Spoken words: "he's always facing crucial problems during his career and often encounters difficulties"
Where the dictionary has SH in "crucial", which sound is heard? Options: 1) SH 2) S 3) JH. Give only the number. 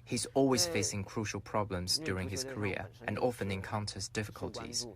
1